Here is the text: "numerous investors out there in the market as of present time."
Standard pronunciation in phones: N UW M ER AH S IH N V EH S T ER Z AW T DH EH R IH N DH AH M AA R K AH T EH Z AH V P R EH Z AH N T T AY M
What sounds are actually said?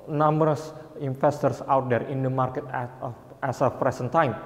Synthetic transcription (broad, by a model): N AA M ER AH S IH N F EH S T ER S AW T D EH R IH N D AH M AA R K AH T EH S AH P R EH S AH N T T AY M